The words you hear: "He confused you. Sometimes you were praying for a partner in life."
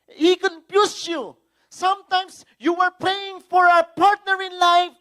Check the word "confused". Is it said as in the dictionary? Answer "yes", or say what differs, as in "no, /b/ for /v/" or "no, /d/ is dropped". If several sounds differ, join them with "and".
no, /p/ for /f/